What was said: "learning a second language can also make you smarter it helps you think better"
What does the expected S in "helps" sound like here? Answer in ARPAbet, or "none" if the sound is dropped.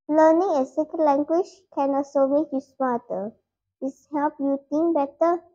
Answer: none